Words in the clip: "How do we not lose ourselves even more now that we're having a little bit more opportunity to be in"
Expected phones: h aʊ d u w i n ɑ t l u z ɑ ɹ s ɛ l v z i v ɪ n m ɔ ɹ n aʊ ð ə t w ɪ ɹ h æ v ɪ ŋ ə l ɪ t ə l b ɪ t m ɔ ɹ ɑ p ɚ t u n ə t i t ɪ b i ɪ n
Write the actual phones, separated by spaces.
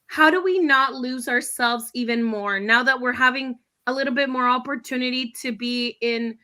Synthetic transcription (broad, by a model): h aʊ d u w i n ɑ t l u z ɑ ɹ s ɛ l v z i v ɪ n m ɔ ɹ n aʊ ð ə t w ɪ ɹ h æ v ɪ ŋ ə l ɪ t l b ɪ t m ɔ ɹ ɑ p ɚ t u n ə t i t ɪ b i ɪ n